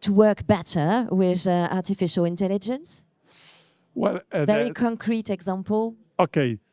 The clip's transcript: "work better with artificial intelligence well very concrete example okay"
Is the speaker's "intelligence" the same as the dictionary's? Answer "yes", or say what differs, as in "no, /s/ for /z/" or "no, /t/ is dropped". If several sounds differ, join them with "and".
yes